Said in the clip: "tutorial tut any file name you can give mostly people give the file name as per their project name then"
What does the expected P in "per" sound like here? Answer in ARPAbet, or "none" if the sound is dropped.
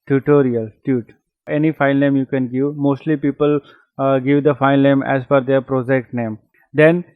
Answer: F